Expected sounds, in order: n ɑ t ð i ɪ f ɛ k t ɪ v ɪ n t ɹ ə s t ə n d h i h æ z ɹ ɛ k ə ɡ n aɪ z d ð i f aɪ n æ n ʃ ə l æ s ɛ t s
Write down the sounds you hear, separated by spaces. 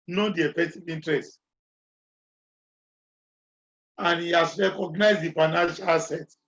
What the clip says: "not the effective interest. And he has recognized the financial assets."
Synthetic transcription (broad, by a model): n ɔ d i ɪ f ɛ k t ɪ v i n t ɹ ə s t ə n h i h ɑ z ɹ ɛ k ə ɡ n aɪ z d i f aɪ n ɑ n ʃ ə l s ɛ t